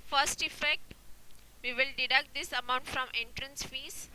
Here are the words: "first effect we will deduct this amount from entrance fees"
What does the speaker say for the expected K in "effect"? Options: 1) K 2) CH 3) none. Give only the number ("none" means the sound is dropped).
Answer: 1